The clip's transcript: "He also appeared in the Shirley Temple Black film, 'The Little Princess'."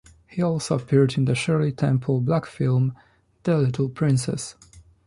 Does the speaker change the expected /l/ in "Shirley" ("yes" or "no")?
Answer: no